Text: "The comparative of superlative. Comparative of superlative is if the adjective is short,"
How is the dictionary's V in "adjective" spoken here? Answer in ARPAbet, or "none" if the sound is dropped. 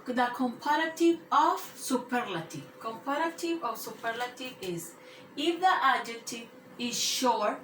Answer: none